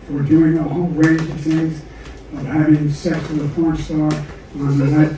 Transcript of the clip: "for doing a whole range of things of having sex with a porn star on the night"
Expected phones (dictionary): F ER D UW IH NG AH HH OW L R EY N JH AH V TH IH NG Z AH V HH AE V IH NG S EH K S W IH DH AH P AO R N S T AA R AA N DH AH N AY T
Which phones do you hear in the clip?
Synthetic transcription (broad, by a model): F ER D UW IH NG AH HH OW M R EY N JH AH V TH IH NG Z AH V HH AE V IH NG S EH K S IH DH AH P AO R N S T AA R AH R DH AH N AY